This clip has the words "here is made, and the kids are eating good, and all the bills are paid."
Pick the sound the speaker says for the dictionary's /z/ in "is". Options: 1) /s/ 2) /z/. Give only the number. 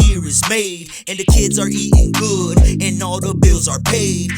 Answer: 2